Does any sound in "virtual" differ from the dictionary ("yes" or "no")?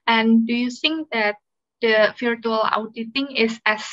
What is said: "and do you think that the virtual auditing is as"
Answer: yes